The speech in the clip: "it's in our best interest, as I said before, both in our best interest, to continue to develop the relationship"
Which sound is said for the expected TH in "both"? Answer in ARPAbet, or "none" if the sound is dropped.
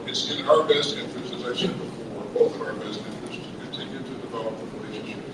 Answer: F